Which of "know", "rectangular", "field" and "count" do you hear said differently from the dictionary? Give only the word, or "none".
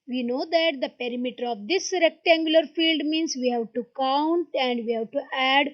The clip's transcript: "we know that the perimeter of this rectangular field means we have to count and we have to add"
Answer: none